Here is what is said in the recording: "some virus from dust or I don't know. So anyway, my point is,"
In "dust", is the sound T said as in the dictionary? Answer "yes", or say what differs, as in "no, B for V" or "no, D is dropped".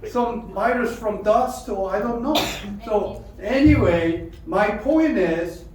yes